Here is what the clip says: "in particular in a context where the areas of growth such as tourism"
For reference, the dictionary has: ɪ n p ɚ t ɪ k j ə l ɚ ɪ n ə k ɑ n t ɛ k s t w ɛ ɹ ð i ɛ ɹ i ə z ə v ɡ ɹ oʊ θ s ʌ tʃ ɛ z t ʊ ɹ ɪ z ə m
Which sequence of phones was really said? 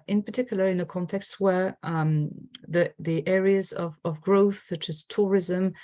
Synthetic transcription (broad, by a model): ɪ n p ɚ t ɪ k j l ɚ ɪ n ə k ɑ n t ɛ k s t w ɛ ɹ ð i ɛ ɹ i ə z ə v ɡ ɹ oʊ θ s ʌ tʃ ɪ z t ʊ ɹ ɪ z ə m